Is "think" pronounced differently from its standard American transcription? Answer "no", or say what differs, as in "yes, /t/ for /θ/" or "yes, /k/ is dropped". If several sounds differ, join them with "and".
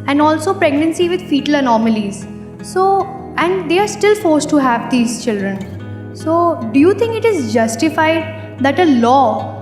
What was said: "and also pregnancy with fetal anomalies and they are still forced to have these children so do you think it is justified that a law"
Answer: yes, /t/ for /θ/